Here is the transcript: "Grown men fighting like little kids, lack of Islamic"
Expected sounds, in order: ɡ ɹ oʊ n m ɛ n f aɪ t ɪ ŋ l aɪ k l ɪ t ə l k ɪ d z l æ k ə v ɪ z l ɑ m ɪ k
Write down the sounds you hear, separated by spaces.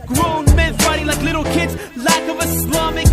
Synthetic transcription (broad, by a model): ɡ ɹ oʊ n m ɛ n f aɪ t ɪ l aɪ k l ɪ t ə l k ɪ d z l æ k ə v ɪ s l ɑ m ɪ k